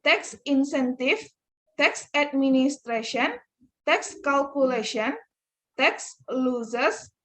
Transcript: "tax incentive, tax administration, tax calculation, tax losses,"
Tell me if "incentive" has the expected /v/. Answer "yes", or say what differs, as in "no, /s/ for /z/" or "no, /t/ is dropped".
no, /f/ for /v/